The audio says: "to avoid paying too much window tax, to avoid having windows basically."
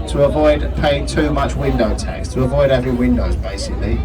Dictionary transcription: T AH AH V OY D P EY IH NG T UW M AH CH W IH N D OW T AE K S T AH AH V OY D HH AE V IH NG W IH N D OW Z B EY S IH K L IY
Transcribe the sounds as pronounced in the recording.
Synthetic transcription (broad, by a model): T AH AH V OY D P EY IH NG T UW M AH CH W IH N D OW T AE K S T AH AH V OY D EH V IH W IH N D OW Z B EY S IH K L IY